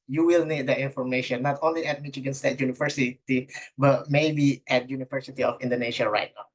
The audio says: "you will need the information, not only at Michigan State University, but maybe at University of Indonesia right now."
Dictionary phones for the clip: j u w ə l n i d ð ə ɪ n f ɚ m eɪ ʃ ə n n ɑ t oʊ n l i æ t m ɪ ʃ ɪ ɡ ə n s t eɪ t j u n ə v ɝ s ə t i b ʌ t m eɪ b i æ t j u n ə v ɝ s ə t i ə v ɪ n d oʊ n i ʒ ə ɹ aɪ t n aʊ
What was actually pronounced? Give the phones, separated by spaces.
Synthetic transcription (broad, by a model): j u w ə l n i d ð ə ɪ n f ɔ m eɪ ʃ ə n n ɑ t oʊ n l i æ t m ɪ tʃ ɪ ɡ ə n s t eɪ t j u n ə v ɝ s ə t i b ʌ t m eɪ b i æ t j u n ə v ɝ s ə t i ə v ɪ n d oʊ n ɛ ʃ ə ɹ aɪ t n aʊ